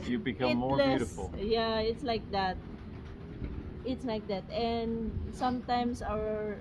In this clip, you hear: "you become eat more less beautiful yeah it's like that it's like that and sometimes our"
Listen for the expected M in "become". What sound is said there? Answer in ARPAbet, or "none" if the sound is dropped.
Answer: none